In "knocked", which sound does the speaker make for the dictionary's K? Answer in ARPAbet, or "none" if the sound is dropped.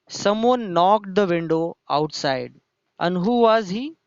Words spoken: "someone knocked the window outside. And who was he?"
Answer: K